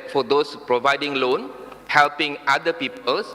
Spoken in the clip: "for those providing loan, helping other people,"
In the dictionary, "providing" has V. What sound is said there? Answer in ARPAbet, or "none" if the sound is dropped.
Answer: V